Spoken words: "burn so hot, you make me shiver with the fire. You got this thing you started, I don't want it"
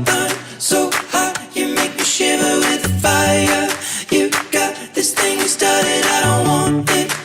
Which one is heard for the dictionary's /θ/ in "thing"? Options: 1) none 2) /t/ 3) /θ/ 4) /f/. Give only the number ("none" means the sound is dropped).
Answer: 3